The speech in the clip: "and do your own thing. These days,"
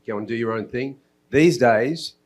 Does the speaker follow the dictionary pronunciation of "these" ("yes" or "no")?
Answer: yes